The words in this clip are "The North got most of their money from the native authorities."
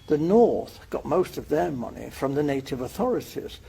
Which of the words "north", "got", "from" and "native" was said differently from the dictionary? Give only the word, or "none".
none